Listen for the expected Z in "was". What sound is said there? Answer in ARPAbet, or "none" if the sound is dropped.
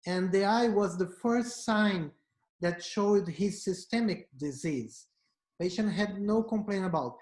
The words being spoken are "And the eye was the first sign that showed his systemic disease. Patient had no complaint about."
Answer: Z